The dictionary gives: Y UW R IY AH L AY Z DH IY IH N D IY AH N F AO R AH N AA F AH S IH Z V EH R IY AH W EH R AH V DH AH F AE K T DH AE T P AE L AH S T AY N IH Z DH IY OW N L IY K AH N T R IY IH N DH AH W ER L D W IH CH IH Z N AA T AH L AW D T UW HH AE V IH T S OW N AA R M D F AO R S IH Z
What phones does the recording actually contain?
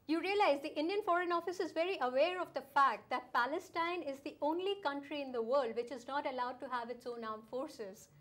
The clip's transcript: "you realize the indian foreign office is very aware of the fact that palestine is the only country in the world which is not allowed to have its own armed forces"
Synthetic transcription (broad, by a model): Y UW R IY AH L AY Z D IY IH N D IY AH N F AO R AH N AA F AH S IH Z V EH R IY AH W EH R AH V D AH F AE K T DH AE T P AE L AH S T AY N IH Z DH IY OW N L IY K AH N T R IY IH N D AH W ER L D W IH CH IH Z N AA T AH L AW D T UW HH AE V IH T S OW N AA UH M F AO R S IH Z